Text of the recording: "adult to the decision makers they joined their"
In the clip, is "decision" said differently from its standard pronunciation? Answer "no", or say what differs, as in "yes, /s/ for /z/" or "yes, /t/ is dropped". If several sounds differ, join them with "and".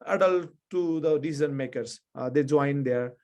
yes, /z/ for /ʒ/